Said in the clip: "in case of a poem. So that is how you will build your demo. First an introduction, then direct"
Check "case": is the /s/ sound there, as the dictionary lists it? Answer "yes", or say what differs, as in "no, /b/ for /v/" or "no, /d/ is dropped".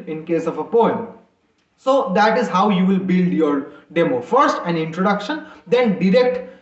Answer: yes